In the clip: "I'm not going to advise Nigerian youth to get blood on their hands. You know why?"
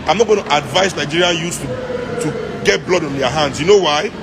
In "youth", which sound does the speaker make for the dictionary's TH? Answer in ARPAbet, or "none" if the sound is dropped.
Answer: T